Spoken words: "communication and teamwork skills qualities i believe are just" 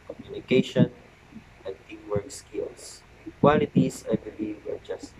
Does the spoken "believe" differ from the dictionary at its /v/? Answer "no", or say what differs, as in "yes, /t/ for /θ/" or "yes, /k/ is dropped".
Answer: yes, /v/ is dropped